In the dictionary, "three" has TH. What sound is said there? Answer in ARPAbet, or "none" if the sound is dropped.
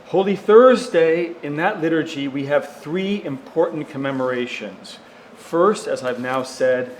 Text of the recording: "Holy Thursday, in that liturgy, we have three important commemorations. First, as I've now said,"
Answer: TH